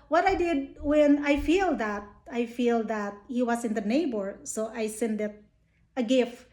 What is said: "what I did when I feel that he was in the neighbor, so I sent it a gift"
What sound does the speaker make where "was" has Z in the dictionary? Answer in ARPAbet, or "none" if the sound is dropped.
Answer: S